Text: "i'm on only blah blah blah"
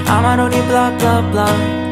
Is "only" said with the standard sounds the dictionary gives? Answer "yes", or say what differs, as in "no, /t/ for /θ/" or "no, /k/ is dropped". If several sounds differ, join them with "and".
no, /l/ is dropped